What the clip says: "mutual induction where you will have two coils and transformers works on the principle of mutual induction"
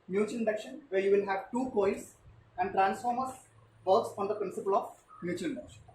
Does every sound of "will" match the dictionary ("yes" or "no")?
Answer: no